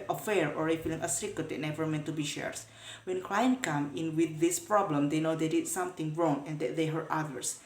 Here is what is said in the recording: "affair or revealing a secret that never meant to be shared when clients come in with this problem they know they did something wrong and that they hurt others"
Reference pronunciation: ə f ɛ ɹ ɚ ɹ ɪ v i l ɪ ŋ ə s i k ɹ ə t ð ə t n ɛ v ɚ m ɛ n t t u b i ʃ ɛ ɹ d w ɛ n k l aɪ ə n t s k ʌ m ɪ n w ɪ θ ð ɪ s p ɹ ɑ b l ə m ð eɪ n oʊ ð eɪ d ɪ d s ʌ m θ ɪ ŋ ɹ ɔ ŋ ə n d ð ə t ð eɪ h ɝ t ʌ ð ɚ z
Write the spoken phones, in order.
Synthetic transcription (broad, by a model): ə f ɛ ɹ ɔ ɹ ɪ f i l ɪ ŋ ə s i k ə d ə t n ɛ v ɚ m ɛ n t t u b i ʃ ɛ ɹ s w ɛ n k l aɪ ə n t k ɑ m ɪ n w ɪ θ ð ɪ s p ɹ ɑ b l ə m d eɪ n oʊ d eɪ d ɪ d s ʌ m t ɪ ŋ ɹ ɔ ŋ ə n d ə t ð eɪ h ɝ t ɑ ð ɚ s